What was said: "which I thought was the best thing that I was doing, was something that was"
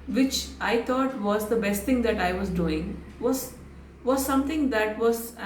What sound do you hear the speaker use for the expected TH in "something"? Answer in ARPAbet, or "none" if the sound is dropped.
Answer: T